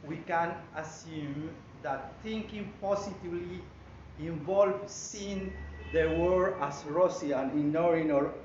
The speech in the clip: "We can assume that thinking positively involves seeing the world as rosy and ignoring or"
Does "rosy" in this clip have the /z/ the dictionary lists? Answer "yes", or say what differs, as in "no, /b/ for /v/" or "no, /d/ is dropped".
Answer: no, /s/ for /z/